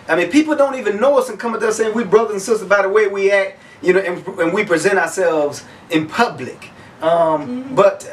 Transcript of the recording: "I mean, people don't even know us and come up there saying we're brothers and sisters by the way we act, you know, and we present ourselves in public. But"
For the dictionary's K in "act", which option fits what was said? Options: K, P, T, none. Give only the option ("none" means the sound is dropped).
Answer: K